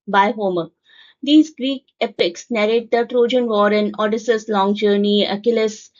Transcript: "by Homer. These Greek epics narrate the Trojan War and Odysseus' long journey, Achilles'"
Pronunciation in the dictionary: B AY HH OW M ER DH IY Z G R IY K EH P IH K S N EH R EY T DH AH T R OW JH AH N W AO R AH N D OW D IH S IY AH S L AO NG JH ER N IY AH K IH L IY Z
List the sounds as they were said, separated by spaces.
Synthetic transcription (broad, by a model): B AY HH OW M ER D IY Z G R IY K EH P IH K S N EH R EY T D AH T R OW JH AH N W AO R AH N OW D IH S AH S L AO NG JH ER N IY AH K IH L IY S